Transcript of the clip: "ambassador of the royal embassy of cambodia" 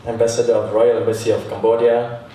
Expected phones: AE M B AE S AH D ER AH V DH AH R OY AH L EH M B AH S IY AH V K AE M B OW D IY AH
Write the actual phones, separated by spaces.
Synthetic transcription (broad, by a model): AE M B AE S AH D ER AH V R OY AH L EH B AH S IY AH F K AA M B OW D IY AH